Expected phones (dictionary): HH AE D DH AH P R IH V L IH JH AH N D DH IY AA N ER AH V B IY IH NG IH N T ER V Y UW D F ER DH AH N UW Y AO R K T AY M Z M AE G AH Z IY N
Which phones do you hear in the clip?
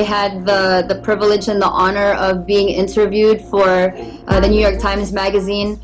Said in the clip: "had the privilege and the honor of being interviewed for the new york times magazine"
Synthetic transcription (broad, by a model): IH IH D DH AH P R IH V L IH JH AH N DH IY AA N ER AH V B IY IH NG IH N T ER V Y UW D F ER DH AH N UW Y AO R K T AY M Z M AE G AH Z IY N